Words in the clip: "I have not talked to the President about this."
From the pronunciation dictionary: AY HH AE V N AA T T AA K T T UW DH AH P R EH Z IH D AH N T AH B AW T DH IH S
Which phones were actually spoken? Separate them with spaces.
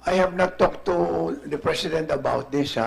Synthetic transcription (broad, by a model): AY HH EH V N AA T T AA K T T UW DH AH P R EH S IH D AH N T AH B AW T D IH S